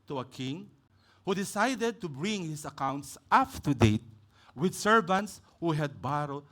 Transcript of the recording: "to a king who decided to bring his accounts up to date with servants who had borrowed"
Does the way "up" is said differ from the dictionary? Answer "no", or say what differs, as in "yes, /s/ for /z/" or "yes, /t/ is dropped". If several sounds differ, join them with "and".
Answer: yes, /f/ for /p/